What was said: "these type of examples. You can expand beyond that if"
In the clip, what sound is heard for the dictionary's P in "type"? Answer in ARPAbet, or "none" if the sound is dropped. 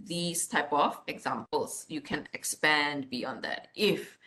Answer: P